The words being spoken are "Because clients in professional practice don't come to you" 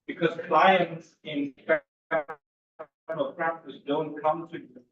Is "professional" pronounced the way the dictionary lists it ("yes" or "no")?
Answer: no